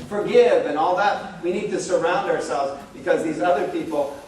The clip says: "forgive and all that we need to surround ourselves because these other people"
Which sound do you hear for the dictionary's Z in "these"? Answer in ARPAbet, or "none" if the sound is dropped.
Z